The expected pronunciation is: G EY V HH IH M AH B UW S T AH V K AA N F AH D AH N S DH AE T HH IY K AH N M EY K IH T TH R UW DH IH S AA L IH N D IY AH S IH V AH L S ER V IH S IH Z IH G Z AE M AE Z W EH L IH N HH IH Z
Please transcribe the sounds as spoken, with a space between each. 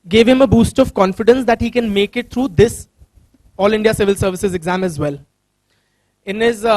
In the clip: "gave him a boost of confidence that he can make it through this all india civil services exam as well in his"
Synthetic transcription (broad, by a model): G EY V HH IH M AH B UW S T AH V K AA N F AH D AH N S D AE T HH IY K AH N M EY K IH T T R UW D IH S AA L IH N D IY AH S IH V AH L S ER V IH S IH Z IH G Z AE M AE Z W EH L IH N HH IH Z